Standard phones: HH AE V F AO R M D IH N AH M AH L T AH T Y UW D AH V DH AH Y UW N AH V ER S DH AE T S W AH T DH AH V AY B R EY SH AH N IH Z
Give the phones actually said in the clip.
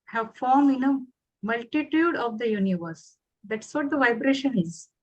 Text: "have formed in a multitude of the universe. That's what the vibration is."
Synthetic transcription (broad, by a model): HH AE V F AO R M IH N AH M AH L T AH T Y UW D AH V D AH Y UW N AH V ER S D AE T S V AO T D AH V AY B R EY SH AH N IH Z